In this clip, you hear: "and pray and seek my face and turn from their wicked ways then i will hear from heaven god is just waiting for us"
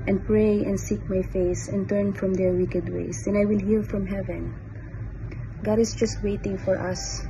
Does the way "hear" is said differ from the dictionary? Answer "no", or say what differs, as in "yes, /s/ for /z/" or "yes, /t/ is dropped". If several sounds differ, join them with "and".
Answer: yes, /l/ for /ɹ/